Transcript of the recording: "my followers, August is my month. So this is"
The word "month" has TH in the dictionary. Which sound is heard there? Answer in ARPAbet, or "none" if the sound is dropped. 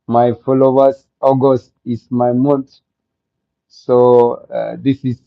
T